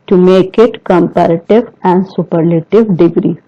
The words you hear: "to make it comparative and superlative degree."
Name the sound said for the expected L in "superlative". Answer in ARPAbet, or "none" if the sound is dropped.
L